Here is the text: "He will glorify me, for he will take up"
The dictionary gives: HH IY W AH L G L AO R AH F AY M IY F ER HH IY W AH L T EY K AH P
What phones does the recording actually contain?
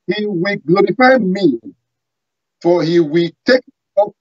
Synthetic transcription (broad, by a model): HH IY W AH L G L AO R AH F AY M IY F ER HH IY W AH L T EY K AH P